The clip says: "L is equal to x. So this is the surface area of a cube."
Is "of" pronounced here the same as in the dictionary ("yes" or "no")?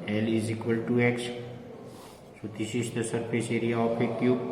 no